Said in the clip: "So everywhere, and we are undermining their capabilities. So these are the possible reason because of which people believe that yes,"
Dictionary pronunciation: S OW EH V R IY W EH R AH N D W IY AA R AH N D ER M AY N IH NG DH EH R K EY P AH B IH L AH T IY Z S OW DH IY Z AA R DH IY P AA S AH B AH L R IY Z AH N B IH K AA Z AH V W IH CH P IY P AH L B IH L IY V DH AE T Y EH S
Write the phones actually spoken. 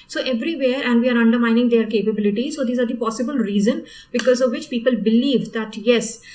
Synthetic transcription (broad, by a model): S OW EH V R IY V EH R AH N D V IY AA R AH N D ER M AY N IH NG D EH R K EY P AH B IH L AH T IY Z S OW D IY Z AA R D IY P AA S AH B AH L R IY Z AH N B IH K AA Z AH V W IH CH P IY P AH L B IH L IY V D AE T Y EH S